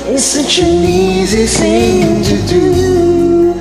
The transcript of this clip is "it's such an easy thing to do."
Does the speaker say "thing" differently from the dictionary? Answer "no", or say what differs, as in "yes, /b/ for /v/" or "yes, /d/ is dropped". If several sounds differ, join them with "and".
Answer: yes, /s/ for /θ/